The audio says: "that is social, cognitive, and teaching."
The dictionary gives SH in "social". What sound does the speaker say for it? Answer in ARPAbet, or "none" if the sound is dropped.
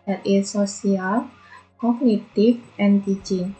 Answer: S